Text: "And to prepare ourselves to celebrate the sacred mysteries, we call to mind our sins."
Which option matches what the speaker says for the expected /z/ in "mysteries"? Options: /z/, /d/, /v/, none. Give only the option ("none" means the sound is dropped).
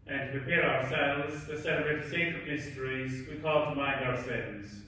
/z/